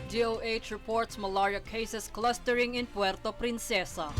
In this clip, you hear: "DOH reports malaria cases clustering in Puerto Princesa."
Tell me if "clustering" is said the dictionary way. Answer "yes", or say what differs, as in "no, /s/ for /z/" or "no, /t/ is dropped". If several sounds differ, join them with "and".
yes